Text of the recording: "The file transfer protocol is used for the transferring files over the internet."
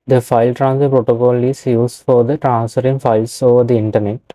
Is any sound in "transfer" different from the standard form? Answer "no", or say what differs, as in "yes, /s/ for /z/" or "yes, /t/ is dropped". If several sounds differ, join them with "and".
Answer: yes, /f/ is dropped